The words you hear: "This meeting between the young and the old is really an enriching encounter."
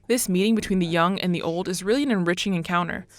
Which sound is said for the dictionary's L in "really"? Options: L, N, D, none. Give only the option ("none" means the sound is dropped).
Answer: L